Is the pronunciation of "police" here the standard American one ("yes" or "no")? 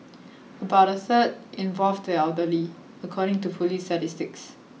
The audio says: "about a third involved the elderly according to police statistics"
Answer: no